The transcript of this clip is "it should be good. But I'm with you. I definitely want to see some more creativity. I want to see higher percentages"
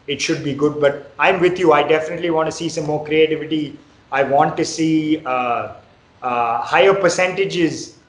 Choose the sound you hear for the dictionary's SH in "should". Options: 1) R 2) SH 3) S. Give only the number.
2